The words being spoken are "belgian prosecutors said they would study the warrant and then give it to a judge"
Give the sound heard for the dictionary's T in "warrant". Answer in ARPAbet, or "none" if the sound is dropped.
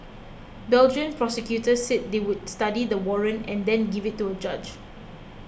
none